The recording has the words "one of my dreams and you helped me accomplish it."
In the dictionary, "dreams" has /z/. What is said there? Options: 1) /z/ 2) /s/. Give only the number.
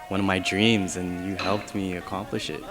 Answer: 1